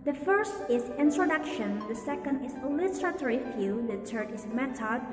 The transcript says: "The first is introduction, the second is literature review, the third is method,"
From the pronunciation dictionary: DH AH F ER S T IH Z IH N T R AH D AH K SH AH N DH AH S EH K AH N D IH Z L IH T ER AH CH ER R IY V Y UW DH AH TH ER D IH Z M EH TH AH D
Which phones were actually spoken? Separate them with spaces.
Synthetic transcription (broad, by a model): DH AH F ER S T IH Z IH N T R AH D AH K SH AH N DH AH S EH K AH N D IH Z L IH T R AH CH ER R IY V Y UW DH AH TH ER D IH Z M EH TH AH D